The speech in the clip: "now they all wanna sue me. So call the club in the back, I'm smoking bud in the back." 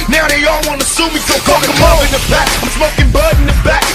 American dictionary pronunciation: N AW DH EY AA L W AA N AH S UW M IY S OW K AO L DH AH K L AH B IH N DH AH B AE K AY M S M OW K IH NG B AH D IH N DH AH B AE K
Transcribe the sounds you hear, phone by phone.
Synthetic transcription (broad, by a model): N AW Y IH AA L W AA N AH S UW M IY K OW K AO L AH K AH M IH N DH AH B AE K AY M S M OW K IH NG B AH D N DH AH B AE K